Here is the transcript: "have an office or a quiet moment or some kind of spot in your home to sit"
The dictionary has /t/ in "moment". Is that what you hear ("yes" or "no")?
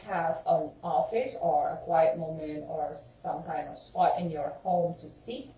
no